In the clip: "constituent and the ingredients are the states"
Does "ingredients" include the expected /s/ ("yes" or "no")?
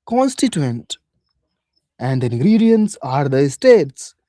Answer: yes